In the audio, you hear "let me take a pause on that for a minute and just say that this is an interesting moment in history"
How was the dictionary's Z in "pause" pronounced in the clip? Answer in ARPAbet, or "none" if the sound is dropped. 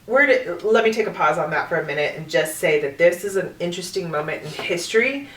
Z